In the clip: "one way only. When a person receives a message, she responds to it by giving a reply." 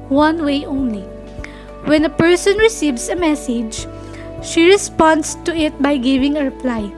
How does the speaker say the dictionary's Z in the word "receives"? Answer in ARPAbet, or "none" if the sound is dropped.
S